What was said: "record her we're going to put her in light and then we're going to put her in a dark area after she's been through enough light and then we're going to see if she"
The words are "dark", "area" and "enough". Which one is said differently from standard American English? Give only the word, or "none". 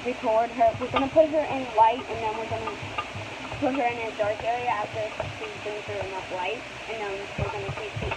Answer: enough